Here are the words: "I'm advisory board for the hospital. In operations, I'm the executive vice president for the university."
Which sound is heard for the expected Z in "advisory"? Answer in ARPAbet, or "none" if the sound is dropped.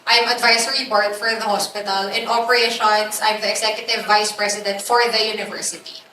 S